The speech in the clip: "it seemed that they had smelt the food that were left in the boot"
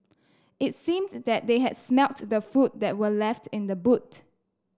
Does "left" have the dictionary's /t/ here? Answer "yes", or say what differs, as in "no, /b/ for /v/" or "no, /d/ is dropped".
yes